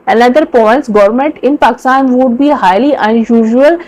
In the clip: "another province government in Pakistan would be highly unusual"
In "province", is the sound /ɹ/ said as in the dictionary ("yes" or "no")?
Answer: no